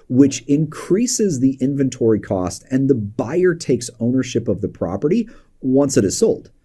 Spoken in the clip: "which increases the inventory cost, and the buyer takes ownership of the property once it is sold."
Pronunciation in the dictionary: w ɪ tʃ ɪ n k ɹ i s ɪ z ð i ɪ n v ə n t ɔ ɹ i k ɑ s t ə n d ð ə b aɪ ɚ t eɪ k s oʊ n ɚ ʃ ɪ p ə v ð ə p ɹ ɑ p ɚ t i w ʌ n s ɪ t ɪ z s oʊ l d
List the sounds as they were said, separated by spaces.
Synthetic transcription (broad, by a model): w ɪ tʃ ɪ n k ɹ i s ɪ z ð i ɪ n v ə n t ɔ ɹ i k ɑ s t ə n ð ə b aɪ ɚ t eɪ k s oʊ n ɚ ʃ ɪ p ə v ð ə p ɹ ɑ p ɚ t i w ʌ n s ɪ t ɪ z s oʊ l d